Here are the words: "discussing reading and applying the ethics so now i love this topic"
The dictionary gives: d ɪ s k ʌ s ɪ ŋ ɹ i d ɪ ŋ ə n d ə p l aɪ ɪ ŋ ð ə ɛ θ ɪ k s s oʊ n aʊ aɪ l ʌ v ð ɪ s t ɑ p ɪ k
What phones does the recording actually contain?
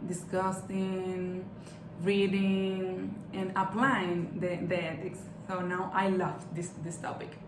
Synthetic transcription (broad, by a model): d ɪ s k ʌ s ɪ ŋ ɹ i d ɪ ŋ ə n d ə p l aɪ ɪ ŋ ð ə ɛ t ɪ k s s oʊ n aʊ aɪ l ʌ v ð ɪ s t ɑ p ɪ k